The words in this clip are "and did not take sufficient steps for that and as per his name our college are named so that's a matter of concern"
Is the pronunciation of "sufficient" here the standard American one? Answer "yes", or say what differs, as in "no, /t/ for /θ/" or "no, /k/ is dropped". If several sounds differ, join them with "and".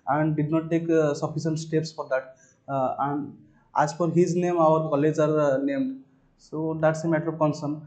no, /s/ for /ʃ/